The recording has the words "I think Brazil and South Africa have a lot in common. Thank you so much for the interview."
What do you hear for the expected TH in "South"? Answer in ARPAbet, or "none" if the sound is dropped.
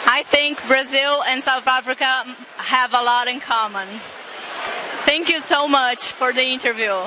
TH